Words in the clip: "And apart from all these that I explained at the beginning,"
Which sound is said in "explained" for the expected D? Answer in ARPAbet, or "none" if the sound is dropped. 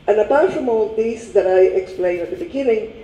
none